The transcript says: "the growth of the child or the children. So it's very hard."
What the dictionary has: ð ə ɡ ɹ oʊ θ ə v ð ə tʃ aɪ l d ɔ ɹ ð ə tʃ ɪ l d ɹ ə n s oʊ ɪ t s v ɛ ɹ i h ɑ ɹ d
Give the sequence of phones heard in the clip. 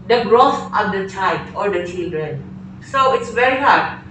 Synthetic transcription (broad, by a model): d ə ɡ ɹ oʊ f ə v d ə tʃ aɪ l d ɔ ɹ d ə tʃ ɪ l d ɹ ə n s oʊ ɪ t s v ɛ ɹ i h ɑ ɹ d